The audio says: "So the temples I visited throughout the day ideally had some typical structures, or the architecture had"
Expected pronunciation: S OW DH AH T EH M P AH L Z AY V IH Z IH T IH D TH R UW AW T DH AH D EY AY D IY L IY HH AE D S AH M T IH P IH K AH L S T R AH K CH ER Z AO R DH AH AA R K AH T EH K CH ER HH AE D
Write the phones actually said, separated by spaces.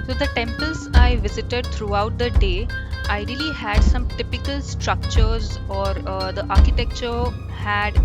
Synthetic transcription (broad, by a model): S OW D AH T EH M P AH L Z AY V IH Z IH T IH D T R UW AW T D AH D EY AY D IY L IY HH AE D S AH M T IH P IH K AH L S T R AH K CH ER Z AO R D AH AA R K AH T EH K CH ER HH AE D